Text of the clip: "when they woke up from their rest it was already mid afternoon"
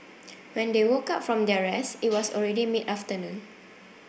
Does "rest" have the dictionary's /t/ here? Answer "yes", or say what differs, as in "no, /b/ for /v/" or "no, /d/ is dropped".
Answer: no, /t/ is dropped